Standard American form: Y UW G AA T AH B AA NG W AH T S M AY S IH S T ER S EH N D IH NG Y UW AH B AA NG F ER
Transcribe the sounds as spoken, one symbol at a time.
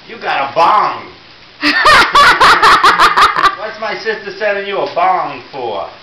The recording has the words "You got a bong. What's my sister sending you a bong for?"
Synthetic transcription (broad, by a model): Y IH G AA T AH B AA NG W AH T S M AY S IH S T ER S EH D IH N Y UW AH B AA NG F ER